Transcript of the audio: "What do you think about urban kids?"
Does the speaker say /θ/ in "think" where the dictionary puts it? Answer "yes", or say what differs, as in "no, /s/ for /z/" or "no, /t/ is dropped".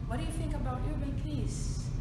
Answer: yes